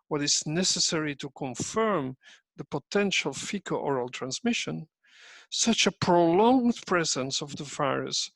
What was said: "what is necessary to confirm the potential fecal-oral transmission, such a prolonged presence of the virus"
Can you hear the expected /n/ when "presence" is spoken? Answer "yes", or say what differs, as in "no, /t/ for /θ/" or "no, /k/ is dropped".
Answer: yes